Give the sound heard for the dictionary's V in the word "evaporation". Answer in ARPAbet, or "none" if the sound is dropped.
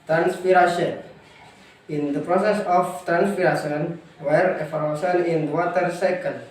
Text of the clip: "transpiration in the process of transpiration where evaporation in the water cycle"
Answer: F